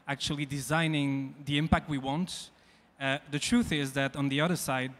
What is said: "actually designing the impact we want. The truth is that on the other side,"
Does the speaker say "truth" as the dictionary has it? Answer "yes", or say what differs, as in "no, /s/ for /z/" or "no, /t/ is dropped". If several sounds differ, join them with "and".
yes